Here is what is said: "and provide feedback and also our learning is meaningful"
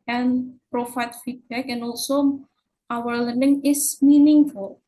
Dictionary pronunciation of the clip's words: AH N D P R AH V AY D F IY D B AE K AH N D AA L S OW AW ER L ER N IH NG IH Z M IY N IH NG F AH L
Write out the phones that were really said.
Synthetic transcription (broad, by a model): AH N P R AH F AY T F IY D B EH K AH N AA L S OW AW ER L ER N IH NG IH S M IY N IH NG F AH L